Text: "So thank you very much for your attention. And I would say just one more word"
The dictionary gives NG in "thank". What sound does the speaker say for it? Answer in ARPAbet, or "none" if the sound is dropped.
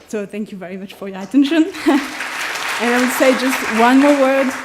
NG